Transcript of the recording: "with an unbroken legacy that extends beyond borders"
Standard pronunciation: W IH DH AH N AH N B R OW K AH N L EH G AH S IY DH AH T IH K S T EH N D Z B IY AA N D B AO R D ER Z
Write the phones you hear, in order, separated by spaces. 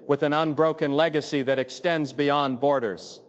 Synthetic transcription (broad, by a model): W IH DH AH N AH N B R OW K AH N L EH G AH S IY DH AH T IH K S T EH N D Z B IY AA N B AO R D ER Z